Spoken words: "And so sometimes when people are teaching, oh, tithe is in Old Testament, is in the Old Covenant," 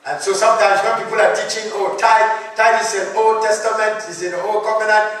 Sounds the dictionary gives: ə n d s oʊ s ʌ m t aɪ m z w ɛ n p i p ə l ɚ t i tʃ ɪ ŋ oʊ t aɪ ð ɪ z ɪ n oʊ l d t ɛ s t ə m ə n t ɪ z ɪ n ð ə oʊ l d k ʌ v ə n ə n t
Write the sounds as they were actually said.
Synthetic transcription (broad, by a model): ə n s oʊ s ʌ m t aɪ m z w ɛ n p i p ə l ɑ t i tʃ ɪ ŋ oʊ t aɪ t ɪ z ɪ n oʊ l t ɛ s t ə m ə n t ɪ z ɪ n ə oʊ l k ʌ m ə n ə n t